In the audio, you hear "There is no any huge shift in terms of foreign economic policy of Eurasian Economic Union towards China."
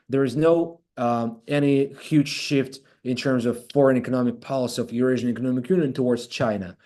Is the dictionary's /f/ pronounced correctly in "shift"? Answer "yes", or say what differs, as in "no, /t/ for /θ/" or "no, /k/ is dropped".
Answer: yes